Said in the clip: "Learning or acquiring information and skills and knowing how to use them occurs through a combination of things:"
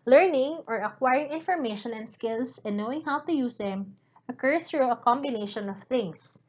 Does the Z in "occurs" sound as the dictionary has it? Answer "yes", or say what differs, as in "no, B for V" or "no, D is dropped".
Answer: no, Z is dropped